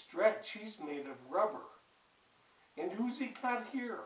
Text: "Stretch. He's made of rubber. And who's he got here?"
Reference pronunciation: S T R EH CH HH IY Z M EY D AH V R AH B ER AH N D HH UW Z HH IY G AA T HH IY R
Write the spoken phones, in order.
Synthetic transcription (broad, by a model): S T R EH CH HH IY Z M EY D AH V R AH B ER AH N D HH UW Z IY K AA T HH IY R